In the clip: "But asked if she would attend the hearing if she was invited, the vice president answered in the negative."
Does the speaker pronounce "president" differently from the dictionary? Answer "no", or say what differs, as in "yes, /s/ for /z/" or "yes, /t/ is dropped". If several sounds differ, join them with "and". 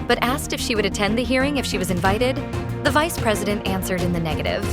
no